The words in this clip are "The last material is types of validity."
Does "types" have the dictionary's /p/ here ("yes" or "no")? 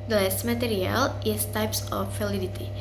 yes